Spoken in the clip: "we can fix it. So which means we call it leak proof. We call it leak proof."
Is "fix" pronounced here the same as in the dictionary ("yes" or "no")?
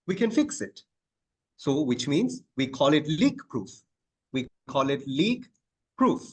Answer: yes